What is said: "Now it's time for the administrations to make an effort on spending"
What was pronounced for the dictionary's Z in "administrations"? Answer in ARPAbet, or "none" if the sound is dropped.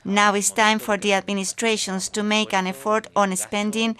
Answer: S